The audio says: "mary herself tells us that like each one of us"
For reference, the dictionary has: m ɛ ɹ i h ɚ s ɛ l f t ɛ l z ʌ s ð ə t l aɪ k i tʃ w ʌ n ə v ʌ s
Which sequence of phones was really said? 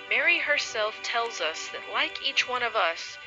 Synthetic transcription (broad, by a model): m ɛ ɹ i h ɚ s ɛ l f t ɛ l z ʌ s ð ə t l aɪ k i tʃ w ʌ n ə v ʌ s